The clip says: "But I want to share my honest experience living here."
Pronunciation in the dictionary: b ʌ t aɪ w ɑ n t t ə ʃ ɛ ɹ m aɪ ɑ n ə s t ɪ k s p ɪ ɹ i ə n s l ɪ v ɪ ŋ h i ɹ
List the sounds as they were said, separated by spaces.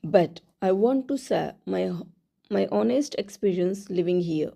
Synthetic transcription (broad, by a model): b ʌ t aɪ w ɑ n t s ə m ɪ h m aɪ ɑ n ə s t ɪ k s p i ɹ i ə n s l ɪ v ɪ ŋ h i ɹ